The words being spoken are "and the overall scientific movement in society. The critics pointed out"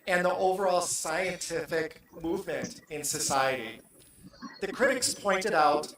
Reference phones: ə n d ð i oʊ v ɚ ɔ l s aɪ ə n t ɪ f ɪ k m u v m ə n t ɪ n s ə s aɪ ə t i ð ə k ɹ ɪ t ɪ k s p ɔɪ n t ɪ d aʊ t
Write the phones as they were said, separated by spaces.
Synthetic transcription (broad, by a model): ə n ð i oʊ v ɚ ɔ l s aɪ ə n t ɪ f ɪ k m u v m ə n t ɪ n s ə s aɪ ə t i ð ə k ɹ ɪ t ɪ k s p ɔɪ n t ɪ d aʊ t